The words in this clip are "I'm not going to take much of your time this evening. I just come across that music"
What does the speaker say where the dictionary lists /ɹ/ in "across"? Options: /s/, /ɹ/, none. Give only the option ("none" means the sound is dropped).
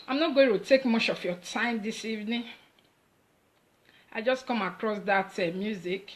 /ɹ/